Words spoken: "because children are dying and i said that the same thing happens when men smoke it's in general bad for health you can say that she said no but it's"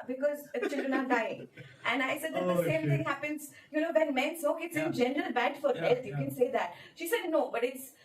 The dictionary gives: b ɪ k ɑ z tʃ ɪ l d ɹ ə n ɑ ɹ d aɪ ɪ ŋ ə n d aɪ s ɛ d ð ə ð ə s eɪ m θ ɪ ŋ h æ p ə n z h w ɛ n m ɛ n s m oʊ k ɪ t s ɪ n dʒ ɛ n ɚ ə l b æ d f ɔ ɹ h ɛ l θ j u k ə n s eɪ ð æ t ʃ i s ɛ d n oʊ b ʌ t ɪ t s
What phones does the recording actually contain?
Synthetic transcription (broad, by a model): b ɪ k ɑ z tʃ ɪ l d ɹ ə n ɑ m d aɪ ɪ ŋ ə n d aɪ s ɛ d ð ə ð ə s eɪ m t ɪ ŋ h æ p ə n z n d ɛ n m ɛ n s oʊ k ɪ t s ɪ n dʒ ɛ n ɚ ə l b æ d f ɔ ɹ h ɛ l t j u k ə n s eɪ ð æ t ʃ i s ɛ d n oʊ b ʌ t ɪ t s